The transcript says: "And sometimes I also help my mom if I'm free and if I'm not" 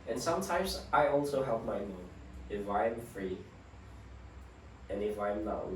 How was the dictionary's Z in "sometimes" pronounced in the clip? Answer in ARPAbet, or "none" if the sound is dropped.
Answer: Z